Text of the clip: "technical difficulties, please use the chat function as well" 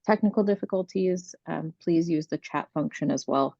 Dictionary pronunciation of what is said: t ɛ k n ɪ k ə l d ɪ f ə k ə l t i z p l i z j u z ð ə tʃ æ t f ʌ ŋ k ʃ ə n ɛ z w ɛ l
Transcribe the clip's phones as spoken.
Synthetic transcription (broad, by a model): t ɛ k n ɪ k l d ɪ f ə k ə l t i z p l i z j u z ð ə tʃ æ t f ʌ ŋ k ʃ ə n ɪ z w ɛ l